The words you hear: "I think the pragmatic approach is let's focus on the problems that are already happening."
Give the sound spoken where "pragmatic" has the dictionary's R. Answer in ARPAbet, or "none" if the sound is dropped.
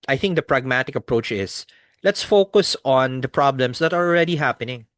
R